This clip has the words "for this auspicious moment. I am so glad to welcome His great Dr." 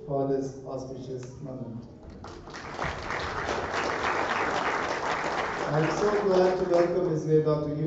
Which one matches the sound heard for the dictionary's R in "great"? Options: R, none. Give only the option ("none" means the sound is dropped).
none